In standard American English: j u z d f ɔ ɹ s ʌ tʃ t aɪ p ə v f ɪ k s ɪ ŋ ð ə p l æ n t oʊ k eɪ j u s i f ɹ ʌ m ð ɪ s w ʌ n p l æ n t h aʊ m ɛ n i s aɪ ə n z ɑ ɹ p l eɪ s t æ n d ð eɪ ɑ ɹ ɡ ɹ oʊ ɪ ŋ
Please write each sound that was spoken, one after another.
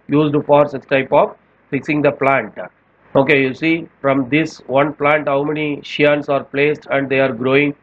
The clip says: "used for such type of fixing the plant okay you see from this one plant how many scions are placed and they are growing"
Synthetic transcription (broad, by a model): j u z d f ɔ ɹ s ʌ s t aɪ p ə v f ɪ k s ɪ ŋ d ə p l æ n t oʊ k eɪ j u s i f ɹ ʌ m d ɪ s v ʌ n p l æ n t h aʊ m ɛ n i ʃ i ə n s ɑ ɹ p l eɪ s t æ n d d eɪ ɑ ɹ ɡ ɹ oʊ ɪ ŋ